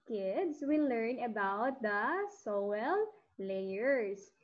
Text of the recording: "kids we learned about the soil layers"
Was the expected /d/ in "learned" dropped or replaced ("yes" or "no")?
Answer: yes